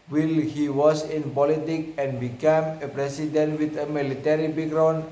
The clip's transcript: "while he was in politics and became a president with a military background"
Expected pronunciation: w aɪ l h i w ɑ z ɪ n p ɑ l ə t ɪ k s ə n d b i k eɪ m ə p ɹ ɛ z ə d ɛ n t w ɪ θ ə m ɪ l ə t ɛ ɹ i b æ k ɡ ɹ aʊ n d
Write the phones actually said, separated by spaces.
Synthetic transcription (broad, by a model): w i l h i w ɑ s ɪ n p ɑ l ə t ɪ k ə n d b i k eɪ m ə p ɹ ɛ s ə d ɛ n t w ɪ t ə m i l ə t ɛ ɹ i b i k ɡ ɹ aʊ n